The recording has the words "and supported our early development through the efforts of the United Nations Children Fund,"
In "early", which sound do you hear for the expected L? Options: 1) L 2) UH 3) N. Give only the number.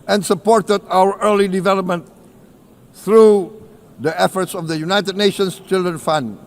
1